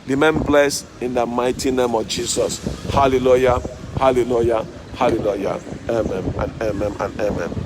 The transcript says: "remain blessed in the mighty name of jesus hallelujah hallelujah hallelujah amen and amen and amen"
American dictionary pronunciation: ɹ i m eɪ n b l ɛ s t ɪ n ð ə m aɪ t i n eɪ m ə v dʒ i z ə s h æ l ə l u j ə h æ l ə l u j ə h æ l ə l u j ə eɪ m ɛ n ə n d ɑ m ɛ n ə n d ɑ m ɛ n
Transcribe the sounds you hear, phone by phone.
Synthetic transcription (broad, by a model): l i m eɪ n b l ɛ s ɪ n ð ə m aɪ t i n eɪ m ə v dʒ i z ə s h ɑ l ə l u j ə h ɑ l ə l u j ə h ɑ l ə l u j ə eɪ m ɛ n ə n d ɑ m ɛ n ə n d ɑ m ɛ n